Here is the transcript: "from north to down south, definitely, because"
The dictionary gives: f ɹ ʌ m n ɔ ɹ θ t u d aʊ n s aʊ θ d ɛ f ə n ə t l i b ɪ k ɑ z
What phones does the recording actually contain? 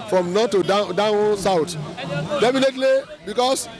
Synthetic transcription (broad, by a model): f ɹ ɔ m n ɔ t u d aʊ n s aʊ t d ɛ f ə n ə t l i b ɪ k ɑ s